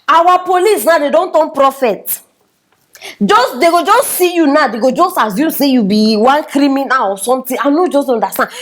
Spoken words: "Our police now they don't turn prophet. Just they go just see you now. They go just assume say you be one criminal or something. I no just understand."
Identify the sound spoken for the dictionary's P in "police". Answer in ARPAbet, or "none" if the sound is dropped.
P